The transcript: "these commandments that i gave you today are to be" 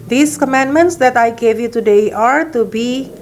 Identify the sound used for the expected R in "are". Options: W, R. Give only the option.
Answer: R